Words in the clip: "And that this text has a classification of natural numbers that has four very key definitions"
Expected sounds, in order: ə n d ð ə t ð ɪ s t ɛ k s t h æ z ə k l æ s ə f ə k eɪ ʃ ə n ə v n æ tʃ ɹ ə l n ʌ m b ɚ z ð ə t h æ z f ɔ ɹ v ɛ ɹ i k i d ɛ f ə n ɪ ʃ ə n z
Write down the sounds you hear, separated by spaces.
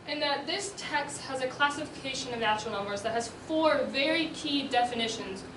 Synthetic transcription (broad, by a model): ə n ð ə t ð ɪ s t ɛ k s t h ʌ z ə k l æ s ə f ə k eɪ ʃ ə n ə v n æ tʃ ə l n ʌ m b ɚ z ð ə t h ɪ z f ɔ ɹ v ɛ ɹ i k i d ɛ f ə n ɪ ʃ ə n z